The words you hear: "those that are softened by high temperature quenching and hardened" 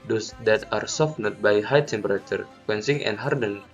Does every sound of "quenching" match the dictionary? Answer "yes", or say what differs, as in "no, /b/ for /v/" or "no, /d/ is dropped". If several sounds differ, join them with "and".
no, /s/ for /tʃ/